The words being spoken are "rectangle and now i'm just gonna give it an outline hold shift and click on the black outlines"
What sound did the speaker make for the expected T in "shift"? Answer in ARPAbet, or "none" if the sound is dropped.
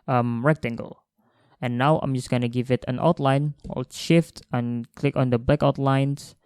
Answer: T